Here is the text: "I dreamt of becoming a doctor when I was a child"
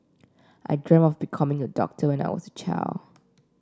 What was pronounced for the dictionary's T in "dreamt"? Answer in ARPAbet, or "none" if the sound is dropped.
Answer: none